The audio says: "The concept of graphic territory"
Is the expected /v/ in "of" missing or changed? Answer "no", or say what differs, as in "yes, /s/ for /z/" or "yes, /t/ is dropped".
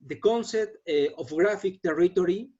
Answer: yes, /f/ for /v/